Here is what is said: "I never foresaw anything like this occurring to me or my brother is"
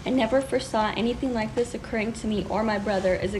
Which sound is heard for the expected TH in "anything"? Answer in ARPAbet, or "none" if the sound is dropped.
TH